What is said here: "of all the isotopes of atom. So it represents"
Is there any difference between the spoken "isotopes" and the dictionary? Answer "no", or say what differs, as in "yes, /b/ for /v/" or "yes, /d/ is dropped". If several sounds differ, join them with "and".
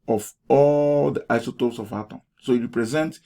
yes, /p/ is dropped